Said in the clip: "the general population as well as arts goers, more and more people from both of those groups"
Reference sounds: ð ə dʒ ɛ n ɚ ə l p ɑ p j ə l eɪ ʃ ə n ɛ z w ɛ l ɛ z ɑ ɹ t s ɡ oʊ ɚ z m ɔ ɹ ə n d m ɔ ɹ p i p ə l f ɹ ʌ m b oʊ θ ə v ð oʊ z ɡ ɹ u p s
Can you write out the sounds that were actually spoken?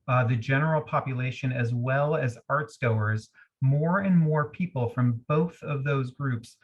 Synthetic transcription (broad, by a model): ð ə dʒ ɛ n ɚ l p ɑ p j ə l eɪ ʃ ə n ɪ z w ɛ l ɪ z ɑ ɹ t s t oʊ ɚ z m ɔ ɹ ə n m ɔ ɹ p i p l f ɹ ʌ m b oʊ θ ə v ð oʊ z ɡ ɹ u p s